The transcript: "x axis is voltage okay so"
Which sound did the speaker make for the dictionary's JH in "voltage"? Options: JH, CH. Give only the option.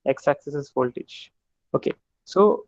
CH